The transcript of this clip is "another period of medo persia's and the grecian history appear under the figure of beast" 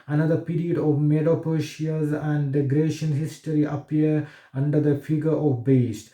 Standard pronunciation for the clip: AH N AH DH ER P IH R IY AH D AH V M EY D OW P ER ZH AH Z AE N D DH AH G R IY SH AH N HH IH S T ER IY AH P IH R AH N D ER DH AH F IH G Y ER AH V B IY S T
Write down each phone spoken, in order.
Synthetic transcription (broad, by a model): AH N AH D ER P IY R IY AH D AH V M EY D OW P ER SH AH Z AE N D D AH G R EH SH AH N HH IH S T ER IY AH P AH R AH N D ER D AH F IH G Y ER AH V B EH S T